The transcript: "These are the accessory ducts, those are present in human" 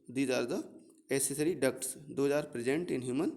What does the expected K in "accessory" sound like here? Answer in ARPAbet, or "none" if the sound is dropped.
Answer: none